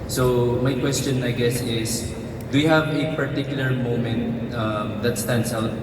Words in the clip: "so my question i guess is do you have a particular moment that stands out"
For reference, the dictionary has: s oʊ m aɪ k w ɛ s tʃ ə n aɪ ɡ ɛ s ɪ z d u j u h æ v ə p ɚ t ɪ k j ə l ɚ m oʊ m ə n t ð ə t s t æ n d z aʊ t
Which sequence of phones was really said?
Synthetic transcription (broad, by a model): s oʊ m aɪ k w ɛ s tʃ ə n aɪ ɡ ɛ s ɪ s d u j u h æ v ə p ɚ t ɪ k j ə l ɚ m oʊ m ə n t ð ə t s t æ n d s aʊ t